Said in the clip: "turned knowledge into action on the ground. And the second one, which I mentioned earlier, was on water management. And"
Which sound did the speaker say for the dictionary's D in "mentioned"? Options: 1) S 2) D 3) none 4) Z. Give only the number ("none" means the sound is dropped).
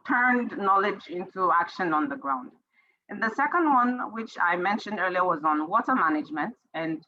2